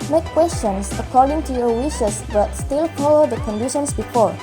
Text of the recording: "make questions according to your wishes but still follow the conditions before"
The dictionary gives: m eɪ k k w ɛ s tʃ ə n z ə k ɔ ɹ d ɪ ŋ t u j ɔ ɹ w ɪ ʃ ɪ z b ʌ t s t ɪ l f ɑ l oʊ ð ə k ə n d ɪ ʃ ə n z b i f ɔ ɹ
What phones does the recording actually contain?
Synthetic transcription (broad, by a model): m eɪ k k w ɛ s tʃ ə n s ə k ɔ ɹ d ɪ ŋ t u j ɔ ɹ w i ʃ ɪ s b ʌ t s t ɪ l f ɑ oʊ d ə k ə n d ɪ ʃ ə n s b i f ɔ ɹ